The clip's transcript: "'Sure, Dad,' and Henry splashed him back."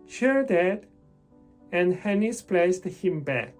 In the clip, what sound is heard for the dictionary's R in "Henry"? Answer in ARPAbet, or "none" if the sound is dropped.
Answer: none